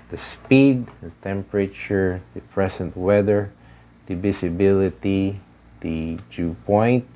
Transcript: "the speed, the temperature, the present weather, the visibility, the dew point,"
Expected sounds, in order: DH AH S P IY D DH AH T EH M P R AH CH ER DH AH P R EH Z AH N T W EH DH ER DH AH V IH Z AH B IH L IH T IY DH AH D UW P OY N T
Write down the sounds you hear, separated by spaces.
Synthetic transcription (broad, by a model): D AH S P IY D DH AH T EH M P R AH CH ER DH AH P R EH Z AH N T W EH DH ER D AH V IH S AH B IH L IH T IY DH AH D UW P OY N T